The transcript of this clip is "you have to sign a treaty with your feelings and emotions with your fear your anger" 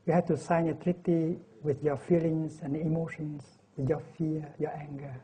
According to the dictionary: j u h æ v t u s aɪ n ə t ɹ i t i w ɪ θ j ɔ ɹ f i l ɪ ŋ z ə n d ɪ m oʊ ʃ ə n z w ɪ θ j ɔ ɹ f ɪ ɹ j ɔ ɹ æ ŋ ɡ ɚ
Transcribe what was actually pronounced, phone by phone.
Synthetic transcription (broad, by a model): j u h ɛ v t u s aɪ n ə t ɹ i t i w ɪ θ j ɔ f i l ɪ ŋ s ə n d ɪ m oʊ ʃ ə n s w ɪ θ j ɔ f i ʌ j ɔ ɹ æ ŋ ɡ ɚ